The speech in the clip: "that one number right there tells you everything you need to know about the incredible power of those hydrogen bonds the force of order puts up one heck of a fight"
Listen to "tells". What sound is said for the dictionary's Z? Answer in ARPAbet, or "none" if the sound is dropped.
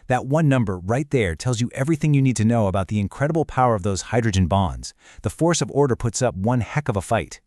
Z